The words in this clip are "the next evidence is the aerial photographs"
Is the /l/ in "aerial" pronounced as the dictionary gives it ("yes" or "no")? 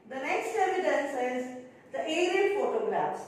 no